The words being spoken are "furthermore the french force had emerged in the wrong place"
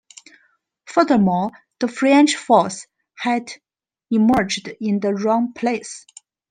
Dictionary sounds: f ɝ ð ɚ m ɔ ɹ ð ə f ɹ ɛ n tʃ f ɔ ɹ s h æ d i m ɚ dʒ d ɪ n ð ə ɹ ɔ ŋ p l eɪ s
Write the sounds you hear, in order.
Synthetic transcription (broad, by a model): f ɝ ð ɚ m ɔ l ð ə f ɹ ɛ n tʃ f ɔ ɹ s h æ d i m ɚ dʒ d ɪ n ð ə ɹ ɔ ŋ p l eɪ s